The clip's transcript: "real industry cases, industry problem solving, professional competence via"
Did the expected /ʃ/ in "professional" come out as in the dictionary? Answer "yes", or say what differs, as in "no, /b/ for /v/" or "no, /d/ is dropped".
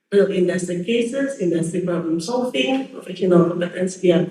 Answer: no, /ʃ/ is dropped